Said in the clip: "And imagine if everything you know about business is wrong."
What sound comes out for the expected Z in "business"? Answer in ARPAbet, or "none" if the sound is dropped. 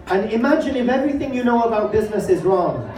Z